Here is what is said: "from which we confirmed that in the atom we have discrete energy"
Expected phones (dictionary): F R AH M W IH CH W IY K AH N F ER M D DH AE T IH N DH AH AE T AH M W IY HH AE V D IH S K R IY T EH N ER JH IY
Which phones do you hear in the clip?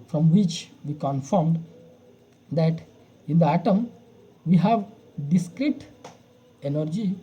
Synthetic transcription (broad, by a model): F R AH M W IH CH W IY K AH N F ER M D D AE T IH N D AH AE T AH M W IY HH AE V D IH S K R IY T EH N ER JH IY